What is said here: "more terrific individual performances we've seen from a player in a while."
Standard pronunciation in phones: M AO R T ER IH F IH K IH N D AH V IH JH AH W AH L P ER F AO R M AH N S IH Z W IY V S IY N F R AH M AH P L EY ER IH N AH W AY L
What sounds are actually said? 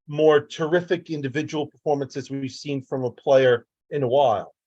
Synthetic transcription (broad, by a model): M AO R T ER IH F IH K IH N D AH V IH JH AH W L P ER F AO R M AH N S IH Z W IY V S IY N F R AH M AH P L EY ER IH N AH W AY L